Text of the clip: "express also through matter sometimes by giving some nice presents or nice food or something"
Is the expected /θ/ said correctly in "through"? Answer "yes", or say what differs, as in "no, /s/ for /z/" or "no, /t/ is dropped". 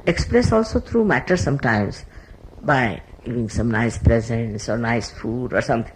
no, /t/ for /θ/